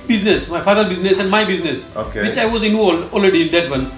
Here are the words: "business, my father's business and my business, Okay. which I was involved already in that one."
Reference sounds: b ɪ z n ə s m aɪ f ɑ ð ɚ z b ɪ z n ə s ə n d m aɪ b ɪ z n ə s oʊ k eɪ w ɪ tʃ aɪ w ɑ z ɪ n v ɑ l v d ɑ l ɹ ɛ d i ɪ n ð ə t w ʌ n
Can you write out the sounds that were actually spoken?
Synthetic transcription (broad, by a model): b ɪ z n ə s m aɪ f ɑ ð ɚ b ɪ z n ə s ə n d m aɪ b ɪ z n ə s oʊ k eɪ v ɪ tʃ aɪ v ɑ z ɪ n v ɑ l d ɑ l ɹ ɛ d i ɪ n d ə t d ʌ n